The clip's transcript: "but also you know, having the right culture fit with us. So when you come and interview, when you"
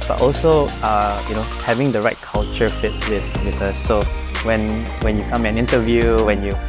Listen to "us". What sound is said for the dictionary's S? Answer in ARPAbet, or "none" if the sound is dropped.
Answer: TH